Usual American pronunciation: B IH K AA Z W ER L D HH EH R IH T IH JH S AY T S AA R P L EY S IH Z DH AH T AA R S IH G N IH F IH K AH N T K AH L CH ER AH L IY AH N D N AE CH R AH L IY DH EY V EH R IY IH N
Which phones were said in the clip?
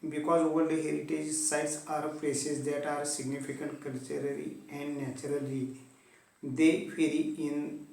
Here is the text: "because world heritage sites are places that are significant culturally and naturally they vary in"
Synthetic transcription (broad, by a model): B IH K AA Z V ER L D HH EH R IH T IH JH S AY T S AA R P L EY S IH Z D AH T AA R S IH G N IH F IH K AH N T K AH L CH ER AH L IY AH N D N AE CH R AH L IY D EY F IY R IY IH N